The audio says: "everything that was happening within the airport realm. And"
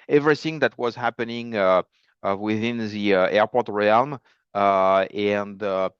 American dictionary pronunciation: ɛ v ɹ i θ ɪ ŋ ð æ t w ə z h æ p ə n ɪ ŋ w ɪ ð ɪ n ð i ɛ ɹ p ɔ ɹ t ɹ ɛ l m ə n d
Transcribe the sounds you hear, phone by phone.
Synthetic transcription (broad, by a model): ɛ v ɹ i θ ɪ ŋ ð æ t w ə z h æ p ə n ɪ ŋ w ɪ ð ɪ n ð i ɛ ɹ p ɔ ɹ t ɹ ɛ l m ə n d